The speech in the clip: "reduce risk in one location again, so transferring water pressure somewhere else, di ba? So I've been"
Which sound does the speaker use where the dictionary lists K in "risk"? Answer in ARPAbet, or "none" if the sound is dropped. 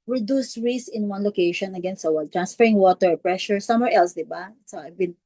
none